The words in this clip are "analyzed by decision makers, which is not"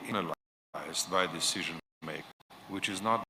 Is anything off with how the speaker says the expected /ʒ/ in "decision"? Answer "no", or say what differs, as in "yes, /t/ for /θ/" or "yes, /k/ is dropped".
no